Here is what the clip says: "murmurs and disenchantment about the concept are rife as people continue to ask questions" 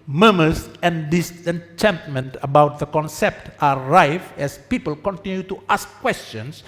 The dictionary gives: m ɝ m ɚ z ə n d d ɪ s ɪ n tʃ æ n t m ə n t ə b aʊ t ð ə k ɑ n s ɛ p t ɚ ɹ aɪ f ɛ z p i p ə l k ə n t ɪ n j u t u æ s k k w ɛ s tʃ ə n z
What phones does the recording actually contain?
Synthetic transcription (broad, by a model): m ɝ m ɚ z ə n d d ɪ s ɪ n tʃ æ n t m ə n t ə b aʊ t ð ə k ɑ n s ɛ p t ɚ ɹ aɪ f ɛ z p i p ə l k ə n t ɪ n j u t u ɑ s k k w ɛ s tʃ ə n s